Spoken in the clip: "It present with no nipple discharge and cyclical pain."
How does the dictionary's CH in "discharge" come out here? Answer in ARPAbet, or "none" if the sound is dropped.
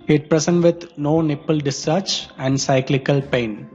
none